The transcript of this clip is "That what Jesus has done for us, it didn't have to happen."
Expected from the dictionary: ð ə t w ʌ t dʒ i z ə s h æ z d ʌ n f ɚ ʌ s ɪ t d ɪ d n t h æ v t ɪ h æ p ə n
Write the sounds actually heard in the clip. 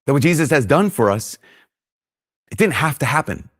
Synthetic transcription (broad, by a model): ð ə t w ʌ t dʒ i z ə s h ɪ z d ʌ n f ɚ ʌ s ɪ t d ɪ d n t h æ f t ɪ h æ p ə n